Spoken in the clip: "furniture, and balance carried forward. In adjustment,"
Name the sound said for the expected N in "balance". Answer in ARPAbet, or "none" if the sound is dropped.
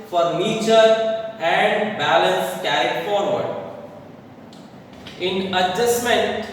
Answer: N